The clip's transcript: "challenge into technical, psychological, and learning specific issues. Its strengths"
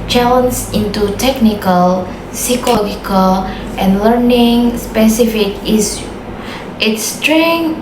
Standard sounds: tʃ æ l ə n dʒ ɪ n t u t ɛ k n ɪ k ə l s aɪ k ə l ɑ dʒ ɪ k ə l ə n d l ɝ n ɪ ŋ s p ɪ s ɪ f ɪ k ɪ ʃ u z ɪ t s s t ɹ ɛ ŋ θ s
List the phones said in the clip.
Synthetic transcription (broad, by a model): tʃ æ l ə n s ɪ n t u t ɛ k n ɪ k ə l s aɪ k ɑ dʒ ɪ k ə l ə n l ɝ n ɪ ŋ s p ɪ s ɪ f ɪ k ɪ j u ɪ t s s t ɹ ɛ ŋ